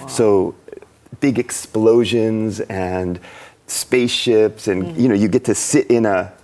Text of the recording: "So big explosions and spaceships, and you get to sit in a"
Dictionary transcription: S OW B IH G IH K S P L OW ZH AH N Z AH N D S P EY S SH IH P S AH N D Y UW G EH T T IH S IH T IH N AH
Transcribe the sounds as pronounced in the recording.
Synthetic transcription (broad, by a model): S OW B IH G IH K S P L OW ZH AH N Z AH N S P EY S SH IH P S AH N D Y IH G EH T T IH S IH T IH N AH